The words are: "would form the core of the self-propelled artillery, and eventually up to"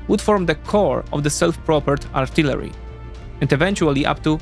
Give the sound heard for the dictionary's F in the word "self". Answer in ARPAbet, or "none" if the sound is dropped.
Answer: F